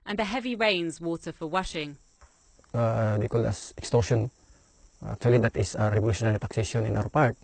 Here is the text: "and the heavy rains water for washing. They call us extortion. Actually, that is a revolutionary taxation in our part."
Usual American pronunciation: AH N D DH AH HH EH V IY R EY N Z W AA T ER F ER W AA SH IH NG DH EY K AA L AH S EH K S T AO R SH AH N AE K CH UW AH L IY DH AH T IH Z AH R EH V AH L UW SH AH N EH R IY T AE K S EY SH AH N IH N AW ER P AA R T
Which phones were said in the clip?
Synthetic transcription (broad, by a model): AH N DH AH HH EH V IY R EY N Z W AA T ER F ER W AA SH IH NG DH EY K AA L AH S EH K S T AO R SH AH N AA K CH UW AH L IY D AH T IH S AH R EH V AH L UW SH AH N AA R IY T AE K S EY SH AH N IH N AW ER P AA R T